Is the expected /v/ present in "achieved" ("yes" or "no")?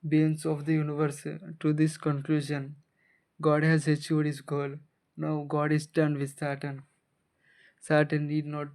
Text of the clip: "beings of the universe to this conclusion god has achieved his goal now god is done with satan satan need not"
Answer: no